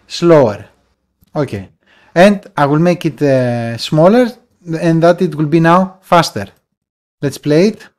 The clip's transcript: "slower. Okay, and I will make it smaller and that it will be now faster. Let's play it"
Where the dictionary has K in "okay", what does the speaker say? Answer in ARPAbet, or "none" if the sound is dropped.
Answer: K